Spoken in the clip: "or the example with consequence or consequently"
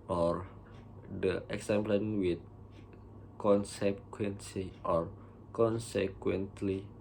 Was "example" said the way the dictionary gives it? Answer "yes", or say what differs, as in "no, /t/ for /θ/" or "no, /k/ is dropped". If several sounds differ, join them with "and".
no, /n/ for /l/